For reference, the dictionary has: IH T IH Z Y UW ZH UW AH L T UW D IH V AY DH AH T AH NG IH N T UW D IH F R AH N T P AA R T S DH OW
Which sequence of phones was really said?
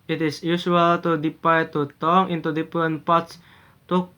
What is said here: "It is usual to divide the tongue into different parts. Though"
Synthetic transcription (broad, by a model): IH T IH S Y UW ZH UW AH L T UW D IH P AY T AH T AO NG IH N T UW D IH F R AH N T P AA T S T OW